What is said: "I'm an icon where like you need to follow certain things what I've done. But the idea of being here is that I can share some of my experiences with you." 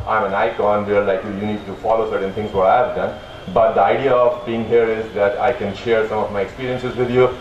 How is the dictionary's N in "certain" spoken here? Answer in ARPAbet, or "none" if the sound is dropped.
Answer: N